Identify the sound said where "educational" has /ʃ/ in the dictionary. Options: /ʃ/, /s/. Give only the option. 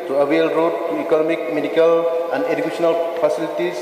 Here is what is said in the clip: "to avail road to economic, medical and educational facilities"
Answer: /s/